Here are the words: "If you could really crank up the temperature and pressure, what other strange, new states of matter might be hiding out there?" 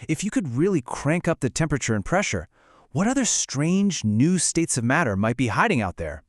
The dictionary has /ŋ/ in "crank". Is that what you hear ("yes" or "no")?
yes